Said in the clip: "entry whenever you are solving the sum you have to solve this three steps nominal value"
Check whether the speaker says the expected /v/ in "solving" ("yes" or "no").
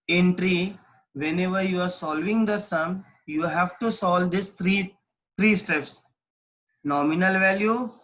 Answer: yes